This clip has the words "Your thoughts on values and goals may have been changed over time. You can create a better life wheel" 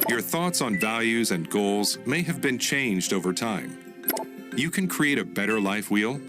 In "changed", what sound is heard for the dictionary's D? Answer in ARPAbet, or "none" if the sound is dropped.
D